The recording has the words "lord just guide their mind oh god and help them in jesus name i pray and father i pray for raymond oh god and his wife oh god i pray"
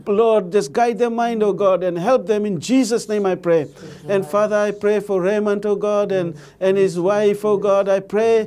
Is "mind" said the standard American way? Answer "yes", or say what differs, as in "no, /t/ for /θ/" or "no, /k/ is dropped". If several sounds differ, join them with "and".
yes